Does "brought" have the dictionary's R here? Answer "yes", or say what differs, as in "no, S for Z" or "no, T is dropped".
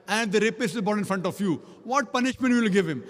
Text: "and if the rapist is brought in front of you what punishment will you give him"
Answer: no, R is dropped